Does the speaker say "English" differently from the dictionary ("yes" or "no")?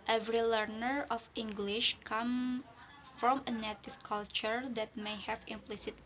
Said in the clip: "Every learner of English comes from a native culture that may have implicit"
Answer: no